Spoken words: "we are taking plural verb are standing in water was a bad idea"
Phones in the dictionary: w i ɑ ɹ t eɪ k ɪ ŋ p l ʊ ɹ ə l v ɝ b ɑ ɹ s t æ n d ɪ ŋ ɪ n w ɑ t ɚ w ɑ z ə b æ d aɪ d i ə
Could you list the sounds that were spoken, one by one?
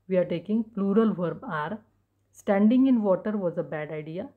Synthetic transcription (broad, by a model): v i ɑ ɹ t eɪ k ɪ ŋ p l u ɹ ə l v ɝ b ɑ ɹ s t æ n d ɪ ŋ ɪ n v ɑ t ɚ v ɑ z ə b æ d aɪ d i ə